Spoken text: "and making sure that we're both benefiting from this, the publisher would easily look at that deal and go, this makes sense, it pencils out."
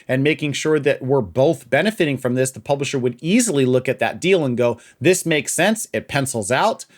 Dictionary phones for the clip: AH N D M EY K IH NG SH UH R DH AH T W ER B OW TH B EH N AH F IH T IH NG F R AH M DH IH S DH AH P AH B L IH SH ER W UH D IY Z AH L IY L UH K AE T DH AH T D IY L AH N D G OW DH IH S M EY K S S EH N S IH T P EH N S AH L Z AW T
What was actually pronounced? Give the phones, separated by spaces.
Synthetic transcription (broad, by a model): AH N M EY K IH NG SH UH R DH AH T W ER B OW TH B EH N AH F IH T IH NG F R AH M DH IH S DH AH P AH B L IH SH ER W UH D IY Z L IY L UH K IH T DH AH T D IY L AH N G OW DH IH S M EY K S S EH N S IH T P EH N S L Z AW T